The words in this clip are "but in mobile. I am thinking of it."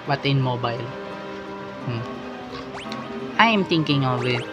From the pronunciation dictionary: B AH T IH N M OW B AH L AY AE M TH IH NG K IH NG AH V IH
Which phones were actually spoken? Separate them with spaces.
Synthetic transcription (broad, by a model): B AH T IH N M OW B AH L AY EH M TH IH NG K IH NG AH W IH